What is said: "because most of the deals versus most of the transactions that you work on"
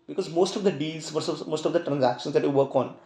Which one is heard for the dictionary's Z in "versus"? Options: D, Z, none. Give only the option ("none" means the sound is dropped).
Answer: none